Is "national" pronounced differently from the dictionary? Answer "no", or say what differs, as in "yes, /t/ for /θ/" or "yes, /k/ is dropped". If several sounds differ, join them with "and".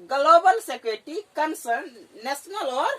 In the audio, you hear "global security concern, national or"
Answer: yes, /s/ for /ʃ/